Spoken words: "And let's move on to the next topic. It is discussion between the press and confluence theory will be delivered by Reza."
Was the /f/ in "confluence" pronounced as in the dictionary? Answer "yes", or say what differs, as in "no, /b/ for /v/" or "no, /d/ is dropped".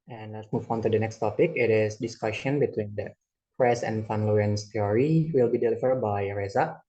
no, /f/ is dropped